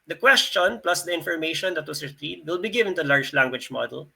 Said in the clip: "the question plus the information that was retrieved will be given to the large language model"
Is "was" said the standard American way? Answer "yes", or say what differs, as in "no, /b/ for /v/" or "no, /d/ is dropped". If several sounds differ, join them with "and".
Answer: no, /s/ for /z/